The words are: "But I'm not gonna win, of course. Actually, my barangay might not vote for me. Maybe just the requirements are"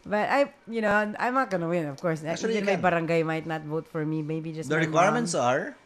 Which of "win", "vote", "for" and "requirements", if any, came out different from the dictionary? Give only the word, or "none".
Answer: none